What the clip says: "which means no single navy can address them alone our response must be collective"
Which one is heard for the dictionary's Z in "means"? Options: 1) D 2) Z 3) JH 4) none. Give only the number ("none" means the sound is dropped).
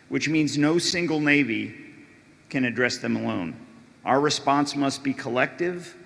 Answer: 2